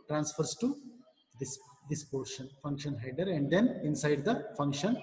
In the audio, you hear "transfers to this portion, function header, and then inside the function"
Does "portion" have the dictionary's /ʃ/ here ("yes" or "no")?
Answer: yes